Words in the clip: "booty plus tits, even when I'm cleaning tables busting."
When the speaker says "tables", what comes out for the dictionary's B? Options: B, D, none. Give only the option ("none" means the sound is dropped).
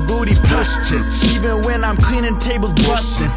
B